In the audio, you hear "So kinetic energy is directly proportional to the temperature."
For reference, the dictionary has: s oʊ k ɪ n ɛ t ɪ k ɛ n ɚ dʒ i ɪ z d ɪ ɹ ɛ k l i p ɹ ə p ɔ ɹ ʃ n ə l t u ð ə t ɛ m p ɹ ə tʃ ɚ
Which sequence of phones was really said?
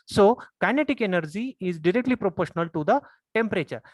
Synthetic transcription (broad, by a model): s oʊ k ɪ n ɛ t ɪ k ɛ n ɚ dʒ i ɪ z d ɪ ɹ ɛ k l i p ɹ ə p ɔ ɹ ʃ n ə l t u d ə t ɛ m p ɹ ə tʃ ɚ